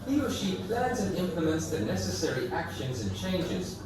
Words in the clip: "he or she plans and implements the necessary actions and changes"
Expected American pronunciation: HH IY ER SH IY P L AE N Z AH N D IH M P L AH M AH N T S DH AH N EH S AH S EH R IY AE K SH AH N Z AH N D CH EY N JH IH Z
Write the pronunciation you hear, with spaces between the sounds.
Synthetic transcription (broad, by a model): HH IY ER SH IY P L AE N Z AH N IH M P L AH M AH N T S DH AH N EH S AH S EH R IY AE K SH AH N Z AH N CH EY N JH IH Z